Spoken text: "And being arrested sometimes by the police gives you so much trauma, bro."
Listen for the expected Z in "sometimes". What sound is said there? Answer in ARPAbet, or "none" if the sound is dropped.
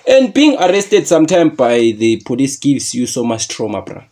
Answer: none